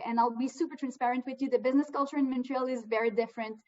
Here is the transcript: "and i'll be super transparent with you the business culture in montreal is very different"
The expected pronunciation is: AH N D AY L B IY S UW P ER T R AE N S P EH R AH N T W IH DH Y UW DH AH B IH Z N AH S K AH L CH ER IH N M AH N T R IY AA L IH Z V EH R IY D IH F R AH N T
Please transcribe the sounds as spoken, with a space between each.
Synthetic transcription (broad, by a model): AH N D AY L B IY S UW P ER T R AE N S P EH R AH N T W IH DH Y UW DH AH B IH Z N AH S K AH L CH ER IH N M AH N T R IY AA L IH Z V EH R IY D IH F R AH N T